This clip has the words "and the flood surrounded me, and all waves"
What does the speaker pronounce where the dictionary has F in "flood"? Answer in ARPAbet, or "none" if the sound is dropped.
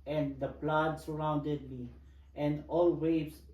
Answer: P